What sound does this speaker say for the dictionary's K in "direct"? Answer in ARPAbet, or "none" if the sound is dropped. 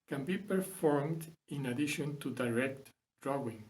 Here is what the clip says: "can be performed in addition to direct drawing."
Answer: K